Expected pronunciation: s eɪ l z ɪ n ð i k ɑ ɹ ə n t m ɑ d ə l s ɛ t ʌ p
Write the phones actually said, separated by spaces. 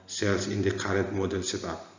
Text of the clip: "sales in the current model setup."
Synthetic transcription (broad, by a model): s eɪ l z ɪ n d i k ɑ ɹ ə t m ɑ d ə l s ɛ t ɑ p